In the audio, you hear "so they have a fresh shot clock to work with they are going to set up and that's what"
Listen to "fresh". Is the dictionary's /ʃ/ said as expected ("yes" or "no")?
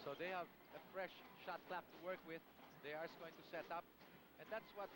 yes